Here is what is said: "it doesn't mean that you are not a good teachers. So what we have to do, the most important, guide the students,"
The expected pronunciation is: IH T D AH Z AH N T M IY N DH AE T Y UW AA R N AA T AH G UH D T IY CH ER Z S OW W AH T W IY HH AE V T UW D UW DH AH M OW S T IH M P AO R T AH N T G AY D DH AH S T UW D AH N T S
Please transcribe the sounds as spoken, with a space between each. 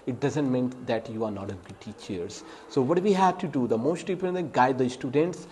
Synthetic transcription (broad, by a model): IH T D AH Z AH N T M IY N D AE T Y UW AA R N AA T AH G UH T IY CH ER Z S OW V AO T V IY HH AE V T UW D UW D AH M OW S T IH P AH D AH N G AY D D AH S T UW D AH N T S